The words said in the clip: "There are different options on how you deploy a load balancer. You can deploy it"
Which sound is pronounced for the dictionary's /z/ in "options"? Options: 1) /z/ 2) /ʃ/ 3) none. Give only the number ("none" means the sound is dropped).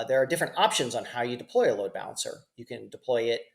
1